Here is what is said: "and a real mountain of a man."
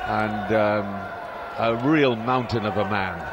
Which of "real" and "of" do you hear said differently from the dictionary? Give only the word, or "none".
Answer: none